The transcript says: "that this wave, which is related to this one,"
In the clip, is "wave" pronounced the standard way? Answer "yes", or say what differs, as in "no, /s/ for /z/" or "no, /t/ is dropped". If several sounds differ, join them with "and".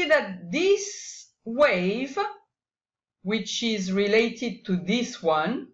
yes